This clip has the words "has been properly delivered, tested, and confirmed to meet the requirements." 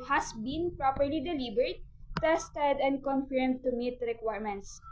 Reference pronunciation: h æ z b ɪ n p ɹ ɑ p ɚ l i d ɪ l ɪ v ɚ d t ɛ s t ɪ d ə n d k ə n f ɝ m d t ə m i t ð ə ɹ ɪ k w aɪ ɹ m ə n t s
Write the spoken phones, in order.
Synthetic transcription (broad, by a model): h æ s b ɪ n p ɹ ɑ p ɚ l i d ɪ l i b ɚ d t ɛ s t ɪ d ə n d k ə n f ɝ m d t ə m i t ɹ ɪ k w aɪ ɹ m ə n t s